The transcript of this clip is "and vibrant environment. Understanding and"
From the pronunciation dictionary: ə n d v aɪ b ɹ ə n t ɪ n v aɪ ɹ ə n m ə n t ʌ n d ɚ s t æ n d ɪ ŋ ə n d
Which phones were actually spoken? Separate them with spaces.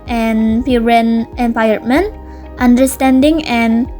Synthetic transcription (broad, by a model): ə n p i ɹ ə n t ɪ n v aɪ ə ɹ m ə n t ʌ n d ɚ s t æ n d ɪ ŋ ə n